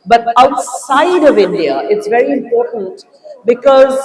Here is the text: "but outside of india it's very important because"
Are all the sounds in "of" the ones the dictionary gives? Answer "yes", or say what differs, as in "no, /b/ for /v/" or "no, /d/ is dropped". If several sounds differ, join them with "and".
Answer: yes